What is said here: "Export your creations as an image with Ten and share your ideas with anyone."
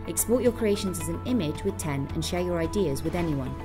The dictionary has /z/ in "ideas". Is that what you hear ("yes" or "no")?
yes